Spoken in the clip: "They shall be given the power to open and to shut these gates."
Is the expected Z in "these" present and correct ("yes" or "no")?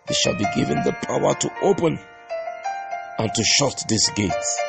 no